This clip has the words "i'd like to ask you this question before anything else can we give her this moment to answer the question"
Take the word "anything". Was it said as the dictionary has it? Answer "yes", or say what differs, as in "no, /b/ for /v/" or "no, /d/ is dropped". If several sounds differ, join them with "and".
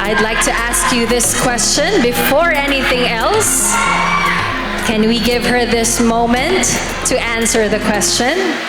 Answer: yes